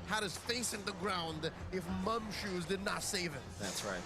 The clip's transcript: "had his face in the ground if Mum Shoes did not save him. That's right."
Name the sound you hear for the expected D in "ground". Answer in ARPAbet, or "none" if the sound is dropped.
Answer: D